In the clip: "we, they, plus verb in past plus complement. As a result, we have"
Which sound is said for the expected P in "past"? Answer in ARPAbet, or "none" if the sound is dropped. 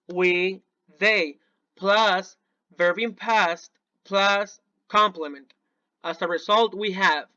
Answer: P